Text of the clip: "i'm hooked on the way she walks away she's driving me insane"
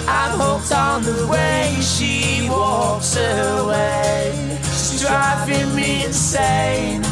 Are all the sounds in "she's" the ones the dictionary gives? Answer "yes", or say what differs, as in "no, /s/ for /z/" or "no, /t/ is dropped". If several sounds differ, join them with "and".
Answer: no, /s/ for /z/